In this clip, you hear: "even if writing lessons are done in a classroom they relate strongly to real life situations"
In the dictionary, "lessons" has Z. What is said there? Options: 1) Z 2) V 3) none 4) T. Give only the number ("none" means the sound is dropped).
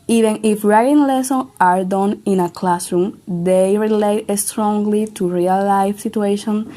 3